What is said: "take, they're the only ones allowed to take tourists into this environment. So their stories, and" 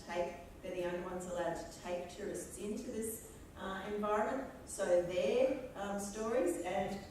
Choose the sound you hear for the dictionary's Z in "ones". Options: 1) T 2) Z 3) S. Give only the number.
2